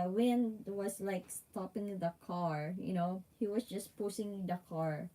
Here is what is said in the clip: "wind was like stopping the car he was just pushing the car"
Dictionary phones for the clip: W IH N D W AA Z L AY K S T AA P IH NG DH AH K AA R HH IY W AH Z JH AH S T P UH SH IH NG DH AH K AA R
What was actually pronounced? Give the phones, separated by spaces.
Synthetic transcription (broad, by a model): W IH N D W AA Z L AY K S T AA P IH NG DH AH K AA R HH IY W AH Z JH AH S P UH S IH NG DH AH K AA R